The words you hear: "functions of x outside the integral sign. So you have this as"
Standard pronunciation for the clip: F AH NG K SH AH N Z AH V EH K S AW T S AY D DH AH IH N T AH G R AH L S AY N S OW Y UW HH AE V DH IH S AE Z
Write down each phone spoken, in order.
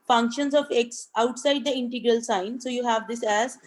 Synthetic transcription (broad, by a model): F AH NG K SH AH N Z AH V EH K S AW T S AY D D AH IH N T AH G R AH L S AY N S OW Y UW HH AE V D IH S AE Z